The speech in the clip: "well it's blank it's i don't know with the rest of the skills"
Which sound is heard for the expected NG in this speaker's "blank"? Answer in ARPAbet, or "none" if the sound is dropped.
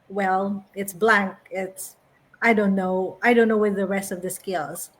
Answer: NG